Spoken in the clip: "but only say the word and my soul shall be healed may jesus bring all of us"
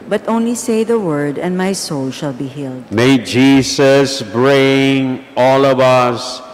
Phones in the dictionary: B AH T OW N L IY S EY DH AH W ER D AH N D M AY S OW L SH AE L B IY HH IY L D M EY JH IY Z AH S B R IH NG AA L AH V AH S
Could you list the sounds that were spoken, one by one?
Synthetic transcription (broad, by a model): B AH T OW N L IY S EY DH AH W ER D AH N D M AY S OW L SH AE L B IY HH IY L D M EY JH IY S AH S B R IH NG AA L AH V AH S